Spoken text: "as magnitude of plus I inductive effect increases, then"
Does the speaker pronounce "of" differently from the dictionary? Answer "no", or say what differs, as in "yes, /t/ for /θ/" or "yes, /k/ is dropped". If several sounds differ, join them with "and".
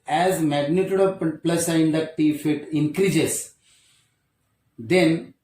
yes, /p/ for /v/